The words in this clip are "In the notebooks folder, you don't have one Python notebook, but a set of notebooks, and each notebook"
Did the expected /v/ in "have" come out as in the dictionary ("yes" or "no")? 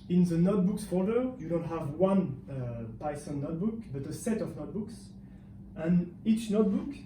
yes